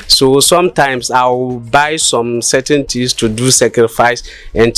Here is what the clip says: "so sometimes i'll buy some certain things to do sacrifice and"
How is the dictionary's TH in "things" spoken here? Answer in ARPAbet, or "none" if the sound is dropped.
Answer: T